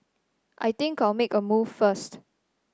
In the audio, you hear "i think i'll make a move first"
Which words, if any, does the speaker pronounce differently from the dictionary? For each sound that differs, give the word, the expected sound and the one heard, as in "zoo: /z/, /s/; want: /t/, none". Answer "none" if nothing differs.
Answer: think: /θ/, /t/